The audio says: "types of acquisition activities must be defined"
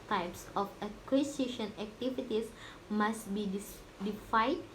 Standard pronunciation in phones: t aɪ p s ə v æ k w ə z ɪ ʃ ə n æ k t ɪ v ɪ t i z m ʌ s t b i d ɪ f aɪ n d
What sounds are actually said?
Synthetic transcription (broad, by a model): t aɪ p s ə f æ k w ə s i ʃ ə n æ k t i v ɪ t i s m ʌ s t b i d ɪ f aɪ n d